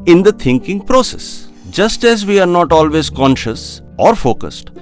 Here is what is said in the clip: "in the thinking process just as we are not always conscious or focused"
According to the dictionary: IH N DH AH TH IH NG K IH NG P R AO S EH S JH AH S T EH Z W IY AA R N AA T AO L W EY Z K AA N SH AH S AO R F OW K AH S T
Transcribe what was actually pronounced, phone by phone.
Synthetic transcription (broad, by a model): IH N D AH T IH NG K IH NG P R AO S EH S JH AH S T EH Z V IY AA R N AA T AO L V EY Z K AA N SH AH S AO R F OW K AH S T